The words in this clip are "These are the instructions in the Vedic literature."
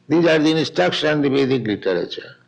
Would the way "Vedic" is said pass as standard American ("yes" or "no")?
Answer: no